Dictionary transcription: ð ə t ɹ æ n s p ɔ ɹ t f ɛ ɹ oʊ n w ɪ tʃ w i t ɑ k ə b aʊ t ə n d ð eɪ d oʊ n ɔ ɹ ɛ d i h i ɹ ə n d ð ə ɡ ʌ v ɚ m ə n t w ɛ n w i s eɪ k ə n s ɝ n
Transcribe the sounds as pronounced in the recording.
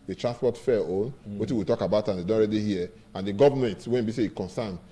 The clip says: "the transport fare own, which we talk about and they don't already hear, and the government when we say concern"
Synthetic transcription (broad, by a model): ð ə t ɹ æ s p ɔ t f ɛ oʊ n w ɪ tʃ w i t ɑ k ə b aʊ t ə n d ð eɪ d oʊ ɔ ɹ ɛ d i h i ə n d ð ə ɡ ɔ v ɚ m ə n t w ɛ n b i s eɪ k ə n s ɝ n